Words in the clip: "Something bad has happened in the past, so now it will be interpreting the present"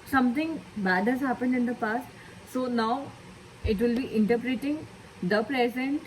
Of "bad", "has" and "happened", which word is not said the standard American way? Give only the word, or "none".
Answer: none